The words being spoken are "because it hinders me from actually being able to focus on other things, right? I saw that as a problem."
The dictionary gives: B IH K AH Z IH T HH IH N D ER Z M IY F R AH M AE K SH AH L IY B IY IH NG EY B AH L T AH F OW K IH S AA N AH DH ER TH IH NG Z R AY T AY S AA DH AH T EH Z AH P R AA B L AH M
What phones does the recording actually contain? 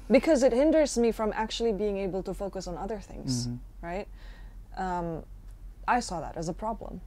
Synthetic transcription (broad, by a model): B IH K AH Z IH T HH IH N D ER Z M IY F R AH M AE K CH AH L IY B IY IH NG EY B L T AH F OW K IH S N AH DH ER TH IH NG Z R AY T AY S AA DH AH T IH Z AH P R AA B L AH M